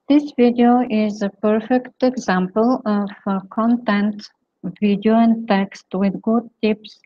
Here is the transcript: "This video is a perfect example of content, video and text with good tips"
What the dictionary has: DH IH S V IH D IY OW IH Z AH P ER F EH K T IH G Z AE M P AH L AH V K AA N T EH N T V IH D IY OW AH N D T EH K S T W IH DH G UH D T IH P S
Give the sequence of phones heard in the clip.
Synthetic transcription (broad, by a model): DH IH S V IH D IY OW IH Z AH P ER F EH K T IH G Z AE M P AH L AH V K AA N T EH N T V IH D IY OW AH N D T EH K S T W IH DH G UH D T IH P S